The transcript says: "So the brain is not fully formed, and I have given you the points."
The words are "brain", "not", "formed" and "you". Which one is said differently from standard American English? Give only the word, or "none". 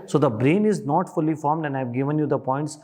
none